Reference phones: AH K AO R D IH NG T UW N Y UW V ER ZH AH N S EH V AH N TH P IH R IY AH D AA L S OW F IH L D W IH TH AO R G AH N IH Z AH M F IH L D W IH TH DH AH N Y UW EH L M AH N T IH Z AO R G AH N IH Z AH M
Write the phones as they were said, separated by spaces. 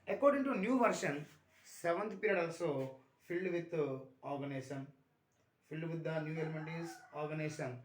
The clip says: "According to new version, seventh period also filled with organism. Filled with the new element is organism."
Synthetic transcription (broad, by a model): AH K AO R D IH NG T UW N Y UW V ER SH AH N S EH V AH N T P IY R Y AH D AA L S OW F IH L D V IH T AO R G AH N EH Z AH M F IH L D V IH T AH N Y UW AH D M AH N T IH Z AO R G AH N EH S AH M